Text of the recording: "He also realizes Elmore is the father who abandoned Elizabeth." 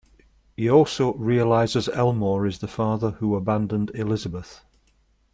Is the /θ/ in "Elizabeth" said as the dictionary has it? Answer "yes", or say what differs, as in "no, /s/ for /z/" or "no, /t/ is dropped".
yes